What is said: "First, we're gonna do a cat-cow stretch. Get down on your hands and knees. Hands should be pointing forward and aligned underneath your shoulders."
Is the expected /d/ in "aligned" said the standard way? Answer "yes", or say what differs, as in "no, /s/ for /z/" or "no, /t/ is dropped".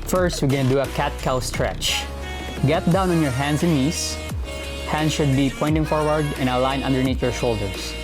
no, /d/ is dropped